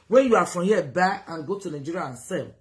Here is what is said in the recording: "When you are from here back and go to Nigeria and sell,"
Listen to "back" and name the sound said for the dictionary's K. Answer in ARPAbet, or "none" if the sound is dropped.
none